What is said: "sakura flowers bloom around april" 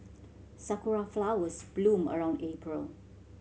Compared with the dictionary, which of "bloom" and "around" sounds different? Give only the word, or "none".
none